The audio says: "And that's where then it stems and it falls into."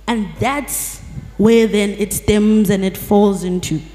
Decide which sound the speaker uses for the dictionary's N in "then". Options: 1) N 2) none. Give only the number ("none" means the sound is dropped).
1